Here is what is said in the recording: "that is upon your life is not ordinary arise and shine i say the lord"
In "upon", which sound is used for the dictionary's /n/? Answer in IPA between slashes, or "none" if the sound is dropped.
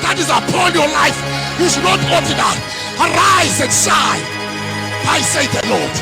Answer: /l/